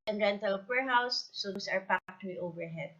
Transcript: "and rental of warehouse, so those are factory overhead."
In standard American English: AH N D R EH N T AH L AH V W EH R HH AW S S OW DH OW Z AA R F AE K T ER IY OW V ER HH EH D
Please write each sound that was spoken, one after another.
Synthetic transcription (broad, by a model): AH N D R EH N T AH L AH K W EH R HH AW S S OW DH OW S AA R P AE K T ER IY OW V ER HH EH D